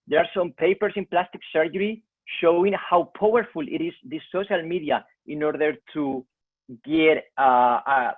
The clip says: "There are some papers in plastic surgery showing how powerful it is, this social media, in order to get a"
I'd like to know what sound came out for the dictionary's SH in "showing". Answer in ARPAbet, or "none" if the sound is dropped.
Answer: SH